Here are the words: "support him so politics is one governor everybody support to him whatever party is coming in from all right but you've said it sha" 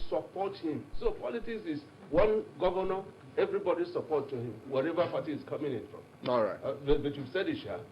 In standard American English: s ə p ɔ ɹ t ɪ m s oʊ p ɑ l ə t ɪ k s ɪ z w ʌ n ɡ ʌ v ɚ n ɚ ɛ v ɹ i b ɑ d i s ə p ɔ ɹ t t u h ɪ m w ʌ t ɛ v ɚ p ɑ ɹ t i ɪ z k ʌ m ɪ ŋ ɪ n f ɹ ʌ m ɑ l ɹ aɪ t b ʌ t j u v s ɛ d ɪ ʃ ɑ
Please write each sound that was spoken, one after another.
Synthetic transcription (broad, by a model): s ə p ɔ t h ɪ m s oʊ p ɑ l ə t ɪ k s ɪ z w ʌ n ɡ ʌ v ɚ n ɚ ɛ v ɹ i b ɑ d i s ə p ɔ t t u h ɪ m w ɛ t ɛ v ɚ p ɑ t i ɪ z k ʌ m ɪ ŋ ɪ n f ɹ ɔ m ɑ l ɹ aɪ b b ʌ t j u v s ɛ d ɪ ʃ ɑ